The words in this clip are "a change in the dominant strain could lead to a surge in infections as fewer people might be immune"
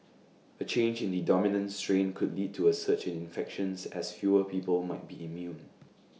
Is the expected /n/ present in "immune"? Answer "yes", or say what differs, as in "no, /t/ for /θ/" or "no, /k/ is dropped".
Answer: yes